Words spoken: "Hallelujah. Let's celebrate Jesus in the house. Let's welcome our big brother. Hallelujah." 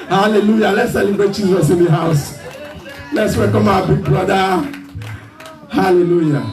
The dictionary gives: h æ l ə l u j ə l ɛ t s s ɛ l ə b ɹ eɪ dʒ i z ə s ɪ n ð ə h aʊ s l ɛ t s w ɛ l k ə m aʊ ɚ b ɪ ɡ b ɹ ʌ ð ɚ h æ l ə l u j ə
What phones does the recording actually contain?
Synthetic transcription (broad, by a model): h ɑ l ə l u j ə l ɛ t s s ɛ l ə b eɪ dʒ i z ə s ɪ n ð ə h aʊ s l ɛ t s w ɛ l k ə m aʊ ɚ b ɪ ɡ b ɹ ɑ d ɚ h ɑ l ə l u j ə